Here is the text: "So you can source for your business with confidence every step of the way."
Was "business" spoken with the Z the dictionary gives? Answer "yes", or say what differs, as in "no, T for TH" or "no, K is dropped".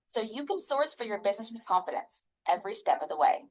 yes